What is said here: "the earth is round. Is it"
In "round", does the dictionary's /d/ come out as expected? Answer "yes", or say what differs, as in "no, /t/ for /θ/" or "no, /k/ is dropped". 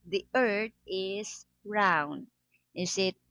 yes